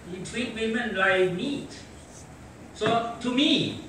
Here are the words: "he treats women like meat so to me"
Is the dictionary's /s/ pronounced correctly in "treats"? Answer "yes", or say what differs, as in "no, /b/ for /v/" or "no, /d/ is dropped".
no, /s/ is dropped